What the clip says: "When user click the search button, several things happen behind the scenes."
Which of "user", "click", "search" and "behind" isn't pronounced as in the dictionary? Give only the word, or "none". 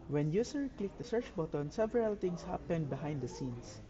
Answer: user